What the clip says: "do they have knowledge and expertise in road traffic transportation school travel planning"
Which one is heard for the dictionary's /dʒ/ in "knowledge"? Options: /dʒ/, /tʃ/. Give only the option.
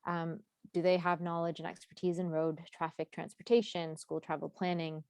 /dʒ/